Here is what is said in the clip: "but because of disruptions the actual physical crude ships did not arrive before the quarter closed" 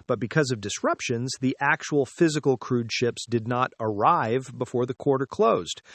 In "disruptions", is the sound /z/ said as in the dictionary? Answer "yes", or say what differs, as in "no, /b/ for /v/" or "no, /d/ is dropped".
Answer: yes